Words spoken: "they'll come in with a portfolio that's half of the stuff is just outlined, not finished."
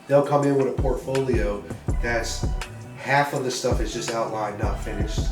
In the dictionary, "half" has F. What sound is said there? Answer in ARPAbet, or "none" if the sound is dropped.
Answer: F